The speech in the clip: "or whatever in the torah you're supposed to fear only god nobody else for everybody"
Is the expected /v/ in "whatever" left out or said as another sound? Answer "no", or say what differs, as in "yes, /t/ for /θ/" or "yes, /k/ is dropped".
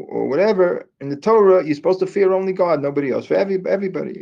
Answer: no